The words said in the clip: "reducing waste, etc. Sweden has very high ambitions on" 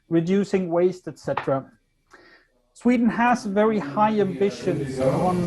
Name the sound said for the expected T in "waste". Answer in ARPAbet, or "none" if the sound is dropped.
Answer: T